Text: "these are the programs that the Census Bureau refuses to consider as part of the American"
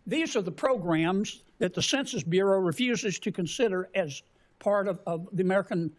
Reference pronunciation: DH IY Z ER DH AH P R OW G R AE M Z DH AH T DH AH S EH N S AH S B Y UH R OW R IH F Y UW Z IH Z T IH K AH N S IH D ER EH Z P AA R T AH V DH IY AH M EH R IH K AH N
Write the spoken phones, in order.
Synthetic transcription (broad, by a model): DH IY Z ER DH AH P R OW G R AE M Z DH AH T DH AH S EH N S AH S B Y UH R OW R IH F Y UW Z IH Z T IH K AH N S IH D ER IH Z P AA R T AH V DH IY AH M EH R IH K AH N